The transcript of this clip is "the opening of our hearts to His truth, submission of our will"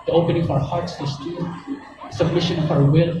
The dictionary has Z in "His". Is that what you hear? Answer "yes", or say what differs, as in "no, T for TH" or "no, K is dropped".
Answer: no, S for Z